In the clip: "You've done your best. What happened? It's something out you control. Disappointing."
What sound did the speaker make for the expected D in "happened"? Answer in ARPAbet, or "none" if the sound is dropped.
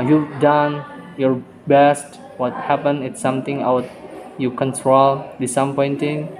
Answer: none